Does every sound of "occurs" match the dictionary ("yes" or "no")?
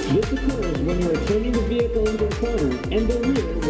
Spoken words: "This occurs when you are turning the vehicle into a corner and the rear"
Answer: yes